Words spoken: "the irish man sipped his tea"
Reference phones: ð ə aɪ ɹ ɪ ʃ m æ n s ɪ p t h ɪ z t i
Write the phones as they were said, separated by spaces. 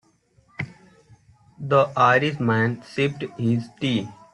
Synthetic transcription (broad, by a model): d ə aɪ ɹ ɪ s m æ n s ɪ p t h ɪ z t i